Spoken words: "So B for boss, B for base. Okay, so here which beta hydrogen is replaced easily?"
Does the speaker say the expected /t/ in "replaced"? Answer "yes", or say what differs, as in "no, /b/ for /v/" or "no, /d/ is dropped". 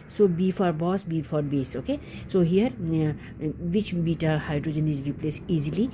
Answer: no, /t/ is dropped